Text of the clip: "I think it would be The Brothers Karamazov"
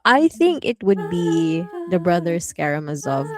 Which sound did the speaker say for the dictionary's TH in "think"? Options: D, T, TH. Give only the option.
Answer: TH